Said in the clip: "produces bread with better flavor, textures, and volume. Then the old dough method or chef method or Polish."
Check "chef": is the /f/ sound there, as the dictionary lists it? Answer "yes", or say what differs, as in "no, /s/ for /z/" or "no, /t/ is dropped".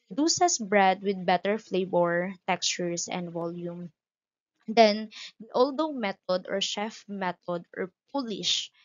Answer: yes